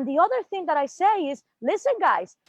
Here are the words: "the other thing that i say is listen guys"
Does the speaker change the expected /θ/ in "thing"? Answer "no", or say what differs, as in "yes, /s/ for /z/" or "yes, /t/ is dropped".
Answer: no